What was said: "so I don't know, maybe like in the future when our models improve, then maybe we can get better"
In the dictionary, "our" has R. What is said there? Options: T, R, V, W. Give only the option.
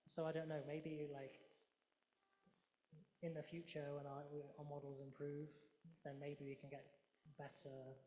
W